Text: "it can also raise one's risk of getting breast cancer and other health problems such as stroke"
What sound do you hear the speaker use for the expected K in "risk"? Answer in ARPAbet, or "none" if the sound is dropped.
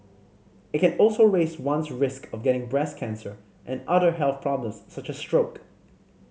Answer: K